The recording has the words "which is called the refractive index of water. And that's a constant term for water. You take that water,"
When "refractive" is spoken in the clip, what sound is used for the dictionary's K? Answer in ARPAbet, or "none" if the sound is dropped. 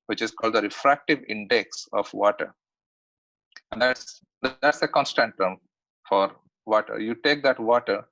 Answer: K